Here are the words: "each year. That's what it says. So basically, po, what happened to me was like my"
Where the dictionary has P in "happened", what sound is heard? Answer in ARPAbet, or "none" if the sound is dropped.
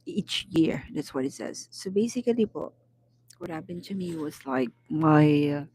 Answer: B